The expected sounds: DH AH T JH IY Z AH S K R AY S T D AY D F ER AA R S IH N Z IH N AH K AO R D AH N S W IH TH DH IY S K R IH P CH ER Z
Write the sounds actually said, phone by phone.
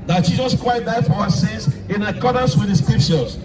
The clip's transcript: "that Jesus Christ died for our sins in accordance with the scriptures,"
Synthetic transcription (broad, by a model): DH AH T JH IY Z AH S K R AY T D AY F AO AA S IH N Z IH N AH K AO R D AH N S W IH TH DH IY S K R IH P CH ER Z